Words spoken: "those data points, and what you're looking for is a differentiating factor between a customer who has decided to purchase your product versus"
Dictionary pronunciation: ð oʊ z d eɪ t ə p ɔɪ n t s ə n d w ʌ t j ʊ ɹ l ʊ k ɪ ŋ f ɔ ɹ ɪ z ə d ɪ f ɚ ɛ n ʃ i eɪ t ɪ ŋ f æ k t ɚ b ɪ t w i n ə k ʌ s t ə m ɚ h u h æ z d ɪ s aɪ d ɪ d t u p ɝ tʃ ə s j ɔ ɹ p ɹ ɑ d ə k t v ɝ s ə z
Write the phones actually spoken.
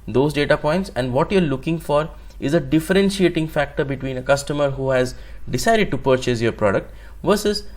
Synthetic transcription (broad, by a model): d oʊ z d eɪ t ə p ɔɪ n t s ə n d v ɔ t j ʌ ɹ l ʊ k ɪ ŋ f ɔ ɹ ɪ z ə d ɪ f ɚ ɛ n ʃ i eɪ t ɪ ŋ f æ k t ɚ b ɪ t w i n ə k ʌ s t ə m ɚ h u h æ z d ɪ s aɪ d ɪ d t u p ɝ tʃ ə s j ɔ ɹ p ɹ ɑ d ə k t v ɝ s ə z